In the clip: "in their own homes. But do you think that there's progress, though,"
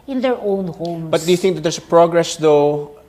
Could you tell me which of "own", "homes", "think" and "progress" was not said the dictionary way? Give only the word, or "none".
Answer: homes